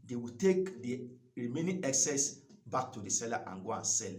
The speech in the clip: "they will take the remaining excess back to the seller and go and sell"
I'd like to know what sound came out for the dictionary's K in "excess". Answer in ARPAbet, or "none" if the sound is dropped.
K